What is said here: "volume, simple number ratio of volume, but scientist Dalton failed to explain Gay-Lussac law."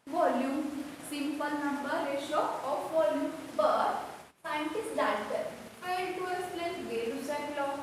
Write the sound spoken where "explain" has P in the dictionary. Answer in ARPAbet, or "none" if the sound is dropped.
none